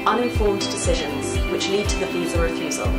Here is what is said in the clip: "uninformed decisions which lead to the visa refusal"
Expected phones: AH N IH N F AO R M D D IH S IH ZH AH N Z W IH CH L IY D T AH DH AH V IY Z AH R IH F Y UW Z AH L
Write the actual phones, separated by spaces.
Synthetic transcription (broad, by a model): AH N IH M F AO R M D D IH S IH ZH AH N Z W IH CH L IY D T AH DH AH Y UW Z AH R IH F Y UW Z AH L